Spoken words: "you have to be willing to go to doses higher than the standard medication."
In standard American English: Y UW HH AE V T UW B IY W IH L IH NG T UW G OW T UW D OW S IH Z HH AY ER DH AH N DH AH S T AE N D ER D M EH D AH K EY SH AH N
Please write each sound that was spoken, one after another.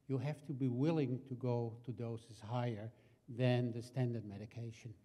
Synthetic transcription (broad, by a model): Y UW HH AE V T UW B IY W IH L IH NG T UW G OW T UW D OW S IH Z HH AY ER DH AH N DH AH S T AE N D ER D M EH D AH K EY SH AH N